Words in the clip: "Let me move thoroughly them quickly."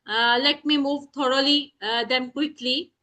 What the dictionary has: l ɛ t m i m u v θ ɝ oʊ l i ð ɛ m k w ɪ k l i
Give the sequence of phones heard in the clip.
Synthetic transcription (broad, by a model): l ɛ t m i m u v t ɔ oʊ l i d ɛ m k w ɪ k l i